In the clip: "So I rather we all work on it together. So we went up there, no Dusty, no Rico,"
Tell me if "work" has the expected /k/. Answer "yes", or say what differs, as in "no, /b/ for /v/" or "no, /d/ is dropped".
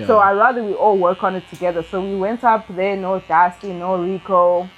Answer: yes